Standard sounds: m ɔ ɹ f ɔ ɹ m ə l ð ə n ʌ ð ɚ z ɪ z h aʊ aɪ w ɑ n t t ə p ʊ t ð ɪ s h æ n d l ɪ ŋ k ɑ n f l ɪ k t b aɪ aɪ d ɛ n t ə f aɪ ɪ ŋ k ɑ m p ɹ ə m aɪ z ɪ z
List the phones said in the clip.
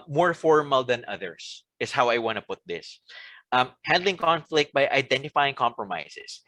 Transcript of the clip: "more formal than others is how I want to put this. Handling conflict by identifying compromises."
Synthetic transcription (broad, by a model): m ɔ ɹ f ɔ ɹ m ə l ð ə n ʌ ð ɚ s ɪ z h aʊ aɪ w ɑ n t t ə p ʊ t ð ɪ s h æ n d l ɪ ŋ k ɑ n f l ɪ k t b aɪ aɪ d ɛ n t ə f aɪ ɪ ŋ k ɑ m p ɹ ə m aɪ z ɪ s